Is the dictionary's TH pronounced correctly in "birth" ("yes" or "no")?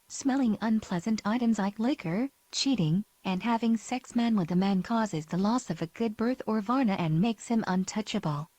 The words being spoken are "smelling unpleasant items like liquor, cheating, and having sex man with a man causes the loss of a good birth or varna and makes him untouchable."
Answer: yes